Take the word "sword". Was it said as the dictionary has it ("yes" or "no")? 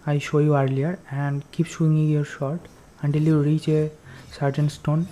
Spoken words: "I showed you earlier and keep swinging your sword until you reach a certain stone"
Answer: no